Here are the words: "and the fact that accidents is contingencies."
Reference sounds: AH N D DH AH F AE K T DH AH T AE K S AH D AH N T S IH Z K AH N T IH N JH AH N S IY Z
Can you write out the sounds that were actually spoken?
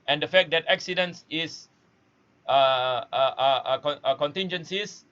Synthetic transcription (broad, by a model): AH N D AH F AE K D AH T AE K S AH D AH N S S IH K K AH N T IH N JH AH N S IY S